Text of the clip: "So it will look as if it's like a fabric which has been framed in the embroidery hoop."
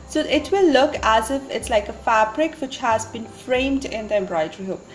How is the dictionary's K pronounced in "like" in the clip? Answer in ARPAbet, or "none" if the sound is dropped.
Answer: K